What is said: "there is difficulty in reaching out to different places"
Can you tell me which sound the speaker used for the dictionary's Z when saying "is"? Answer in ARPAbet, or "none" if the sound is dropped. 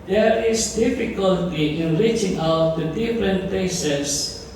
S